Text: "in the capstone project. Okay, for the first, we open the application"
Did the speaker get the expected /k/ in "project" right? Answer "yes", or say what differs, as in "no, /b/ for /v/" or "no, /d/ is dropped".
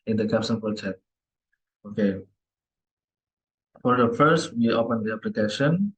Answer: no, /k/ is dropped